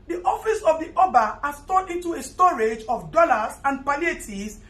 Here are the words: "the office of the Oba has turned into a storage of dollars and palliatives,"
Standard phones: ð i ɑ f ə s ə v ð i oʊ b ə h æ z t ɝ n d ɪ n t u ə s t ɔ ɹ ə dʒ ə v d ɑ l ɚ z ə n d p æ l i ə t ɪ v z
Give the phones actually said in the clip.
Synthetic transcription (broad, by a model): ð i ɑ f ə s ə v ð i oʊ b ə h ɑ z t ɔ d ɪ n t u ə s t ɔ ɹ ə dʒ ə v d ɑ l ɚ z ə n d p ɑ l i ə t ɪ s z